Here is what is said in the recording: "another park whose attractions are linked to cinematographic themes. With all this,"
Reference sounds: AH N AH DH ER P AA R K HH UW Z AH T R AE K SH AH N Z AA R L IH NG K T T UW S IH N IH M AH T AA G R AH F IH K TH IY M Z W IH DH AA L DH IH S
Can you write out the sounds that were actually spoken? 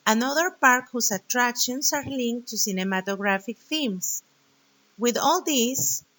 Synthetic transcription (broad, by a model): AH N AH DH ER P AA R K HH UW S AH T R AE K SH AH N S AA R L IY NG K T T UW S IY N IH M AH T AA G R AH F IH K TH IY M S W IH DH AA L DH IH S